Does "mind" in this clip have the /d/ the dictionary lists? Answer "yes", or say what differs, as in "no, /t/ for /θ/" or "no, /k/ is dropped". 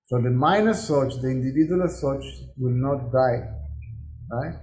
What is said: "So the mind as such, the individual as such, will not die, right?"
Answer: no, /d/ is dropped